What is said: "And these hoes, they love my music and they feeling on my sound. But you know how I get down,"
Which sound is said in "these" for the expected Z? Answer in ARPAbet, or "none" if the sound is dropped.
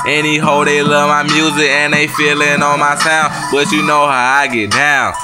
none